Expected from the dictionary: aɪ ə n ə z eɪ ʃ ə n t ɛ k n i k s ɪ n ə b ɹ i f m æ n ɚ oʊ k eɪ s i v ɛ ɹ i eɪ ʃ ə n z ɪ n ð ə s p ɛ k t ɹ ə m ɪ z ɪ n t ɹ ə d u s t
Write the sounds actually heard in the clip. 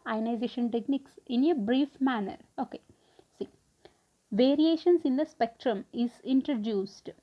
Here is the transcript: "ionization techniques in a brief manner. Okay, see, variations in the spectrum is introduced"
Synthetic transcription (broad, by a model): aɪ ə n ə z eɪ ʃ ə n t ɛ k n i k s ɪ n ə b ɹ i f m æ n ɚ oʊ k eɪ s i v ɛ ɹ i eɪ ʃ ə n s ɪ n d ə s p ɛ k t ɹ ə m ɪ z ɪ n t ɹ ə d u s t